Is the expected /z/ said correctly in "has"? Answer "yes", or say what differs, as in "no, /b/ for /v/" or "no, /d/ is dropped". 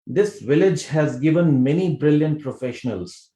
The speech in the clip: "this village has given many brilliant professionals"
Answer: yes